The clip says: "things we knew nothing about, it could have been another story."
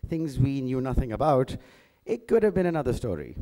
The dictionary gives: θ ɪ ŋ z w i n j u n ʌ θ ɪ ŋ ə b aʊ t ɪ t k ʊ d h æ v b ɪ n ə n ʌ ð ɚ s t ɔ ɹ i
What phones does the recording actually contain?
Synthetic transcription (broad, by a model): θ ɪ ŋ z w i n j u n ʌ θ ɪ ŋ ə b aʊ t ɪ t k ʊ d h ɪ v b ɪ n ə n ʌ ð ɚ s t ɔ ɹ i